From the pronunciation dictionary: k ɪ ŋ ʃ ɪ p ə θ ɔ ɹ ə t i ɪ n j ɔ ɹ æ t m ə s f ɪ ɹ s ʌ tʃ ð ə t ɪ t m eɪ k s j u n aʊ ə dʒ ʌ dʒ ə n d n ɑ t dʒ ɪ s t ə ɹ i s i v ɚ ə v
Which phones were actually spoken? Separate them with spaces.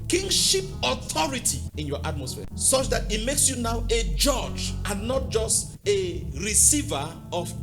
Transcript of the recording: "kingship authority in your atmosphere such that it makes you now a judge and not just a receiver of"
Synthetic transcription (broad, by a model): k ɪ ŋ ʃ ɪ p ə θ ɔ ɹ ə t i ɪ n j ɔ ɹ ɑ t m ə s f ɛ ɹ s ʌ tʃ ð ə t ɪ t m eɪ k s j u n aʊ ə dʒ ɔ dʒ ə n n ɑ t dʒ ɪ s t ə ɹ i s i v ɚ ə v